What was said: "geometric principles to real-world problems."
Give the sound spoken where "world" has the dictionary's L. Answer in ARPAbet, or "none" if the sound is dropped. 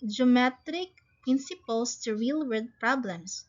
none